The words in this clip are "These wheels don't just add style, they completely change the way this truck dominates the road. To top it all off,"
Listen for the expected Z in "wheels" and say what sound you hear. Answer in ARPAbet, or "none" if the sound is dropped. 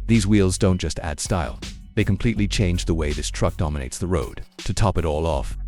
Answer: Z